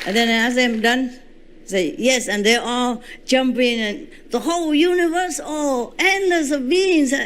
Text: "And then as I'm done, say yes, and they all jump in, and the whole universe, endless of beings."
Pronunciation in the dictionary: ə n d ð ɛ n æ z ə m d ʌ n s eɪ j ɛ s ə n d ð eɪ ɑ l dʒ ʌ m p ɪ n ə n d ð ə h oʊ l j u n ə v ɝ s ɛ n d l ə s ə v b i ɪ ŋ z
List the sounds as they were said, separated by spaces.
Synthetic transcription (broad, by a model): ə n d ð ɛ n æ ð ə m d ʌ n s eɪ j ɛ s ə n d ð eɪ ɑ l dʒ ʌ m p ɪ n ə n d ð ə h oʊ l j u n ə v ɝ s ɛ n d ə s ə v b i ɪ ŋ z